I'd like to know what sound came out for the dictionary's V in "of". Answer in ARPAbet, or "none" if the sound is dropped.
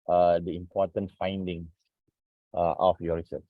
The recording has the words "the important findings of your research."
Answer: F